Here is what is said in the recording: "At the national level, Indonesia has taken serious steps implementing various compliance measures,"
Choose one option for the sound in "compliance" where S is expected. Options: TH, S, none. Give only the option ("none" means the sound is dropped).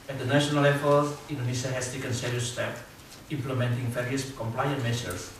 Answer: none